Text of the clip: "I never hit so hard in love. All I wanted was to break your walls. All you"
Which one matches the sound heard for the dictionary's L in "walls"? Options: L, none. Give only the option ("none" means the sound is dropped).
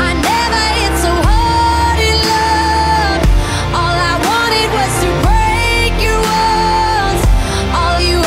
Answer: none